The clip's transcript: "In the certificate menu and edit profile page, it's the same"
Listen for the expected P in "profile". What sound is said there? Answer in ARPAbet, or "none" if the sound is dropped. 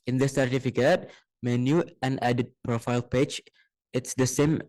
P